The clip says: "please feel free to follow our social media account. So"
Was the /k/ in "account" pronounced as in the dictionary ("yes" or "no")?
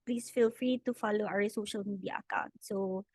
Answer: yes